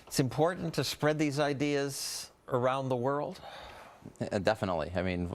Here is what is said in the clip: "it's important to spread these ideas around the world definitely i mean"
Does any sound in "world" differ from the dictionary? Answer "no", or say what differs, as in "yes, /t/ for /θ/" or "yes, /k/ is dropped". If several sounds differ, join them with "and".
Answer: no